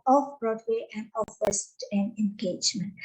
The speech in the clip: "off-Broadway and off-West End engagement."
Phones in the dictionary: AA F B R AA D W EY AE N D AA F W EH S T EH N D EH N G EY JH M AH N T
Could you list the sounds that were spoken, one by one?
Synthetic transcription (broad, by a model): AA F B R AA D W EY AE N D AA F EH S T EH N EH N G EY JH M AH N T